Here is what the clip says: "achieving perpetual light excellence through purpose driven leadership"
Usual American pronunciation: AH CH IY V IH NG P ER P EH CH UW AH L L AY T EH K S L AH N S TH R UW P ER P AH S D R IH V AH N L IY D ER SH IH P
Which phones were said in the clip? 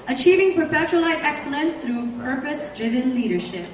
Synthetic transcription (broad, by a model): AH CH IY V IH NG P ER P EH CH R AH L L AY T EH K S L AH N S TH R UW P ER P AH S D R IH V AH N L IY D ER SH IH P